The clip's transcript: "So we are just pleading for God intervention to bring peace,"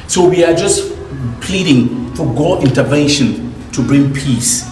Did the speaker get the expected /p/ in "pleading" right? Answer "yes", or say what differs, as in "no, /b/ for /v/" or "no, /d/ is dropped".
yes